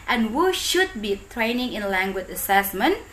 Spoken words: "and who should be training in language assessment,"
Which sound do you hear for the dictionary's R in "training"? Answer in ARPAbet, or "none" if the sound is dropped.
R